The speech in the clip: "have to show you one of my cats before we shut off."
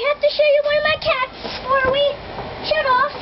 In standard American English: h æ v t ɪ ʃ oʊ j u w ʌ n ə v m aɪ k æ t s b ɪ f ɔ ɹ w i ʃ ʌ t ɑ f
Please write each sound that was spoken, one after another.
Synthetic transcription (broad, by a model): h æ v t ɪ ʃ oʊ j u w ʌ n ə v m aɪ k æ t s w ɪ ɹ w i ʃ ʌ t ɑ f